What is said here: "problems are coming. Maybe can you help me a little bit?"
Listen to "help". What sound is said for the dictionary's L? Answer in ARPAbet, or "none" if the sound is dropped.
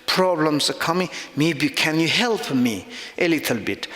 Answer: L